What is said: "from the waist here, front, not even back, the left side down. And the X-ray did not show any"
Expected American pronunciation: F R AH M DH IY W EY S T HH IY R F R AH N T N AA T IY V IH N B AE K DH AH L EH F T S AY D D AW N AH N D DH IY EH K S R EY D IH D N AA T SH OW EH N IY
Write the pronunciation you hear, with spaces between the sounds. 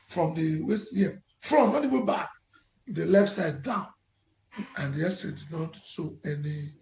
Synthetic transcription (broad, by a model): F R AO M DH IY W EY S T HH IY F R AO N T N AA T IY W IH B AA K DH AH L EH F T S AY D D AW N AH N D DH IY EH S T R EY D IH D N AA T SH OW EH N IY